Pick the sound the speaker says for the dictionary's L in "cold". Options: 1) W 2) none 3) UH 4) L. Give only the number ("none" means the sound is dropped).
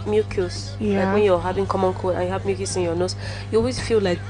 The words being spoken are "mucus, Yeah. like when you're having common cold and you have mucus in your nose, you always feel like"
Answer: 2